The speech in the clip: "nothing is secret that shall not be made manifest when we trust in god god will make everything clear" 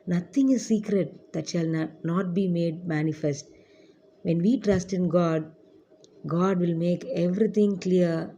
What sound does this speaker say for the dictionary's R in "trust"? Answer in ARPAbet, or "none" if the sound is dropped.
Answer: R